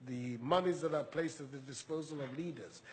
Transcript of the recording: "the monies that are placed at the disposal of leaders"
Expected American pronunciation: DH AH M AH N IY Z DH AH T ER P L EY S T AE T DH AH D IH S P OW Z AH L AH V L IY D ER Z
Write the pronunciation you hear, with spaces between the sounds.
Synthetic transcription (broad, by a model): DH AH M AH N IY Z DH AH T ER P L EY S T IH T DH AH D IH S P OW Z AH L AH V L IY D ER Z